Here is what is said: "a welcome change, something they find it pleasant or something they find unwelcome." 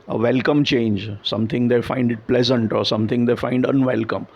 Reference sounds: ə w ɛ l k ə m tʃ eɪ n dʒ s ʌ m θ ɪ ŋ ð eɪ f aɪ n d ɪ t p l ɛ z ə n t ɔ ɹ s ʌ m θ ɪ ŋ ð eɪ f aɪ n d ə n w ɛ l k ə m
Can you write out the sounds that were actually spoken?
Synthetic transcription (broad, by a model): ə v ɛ l k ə m tʃ eɪ n dʒ s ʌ m t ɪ ŋ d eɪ f aɪ n d ɪ t p l ɛ z ə n t ɔ ɹ s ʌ m t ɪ ŋ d eɪ f aɪ n d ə n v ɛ l k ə m